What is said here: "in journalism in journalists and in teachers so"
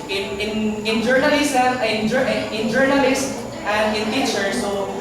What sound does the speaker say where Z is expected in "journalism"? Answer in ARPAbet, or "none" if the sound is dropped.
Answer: S